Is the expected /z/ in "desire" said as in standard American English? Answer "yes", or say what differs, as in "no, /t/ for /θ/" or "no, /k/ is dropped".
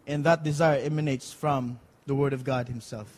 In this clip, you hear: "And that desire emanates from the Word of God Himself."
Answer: yes